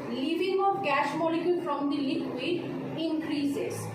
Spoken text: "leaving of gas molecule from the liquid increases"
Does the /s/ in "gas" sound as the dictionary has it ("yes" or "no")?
no